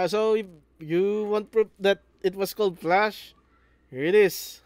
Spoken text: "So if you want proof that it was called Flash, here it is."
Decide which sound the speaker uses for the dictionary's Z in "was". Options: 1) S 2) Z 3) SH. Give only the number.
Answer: 1